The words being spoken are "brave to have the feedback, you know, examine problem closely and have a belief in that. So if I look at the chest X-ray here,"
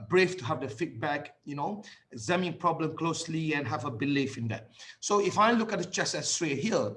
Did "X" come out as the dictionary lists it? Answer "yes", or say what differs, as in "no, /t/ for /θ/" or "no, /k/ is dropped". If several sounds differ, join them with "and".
no, /k/ is dropped